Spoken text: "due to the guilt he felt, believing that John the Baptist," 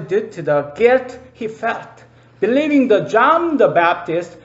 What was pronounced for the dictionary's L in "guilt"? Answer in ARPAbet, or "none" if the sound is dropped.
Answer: none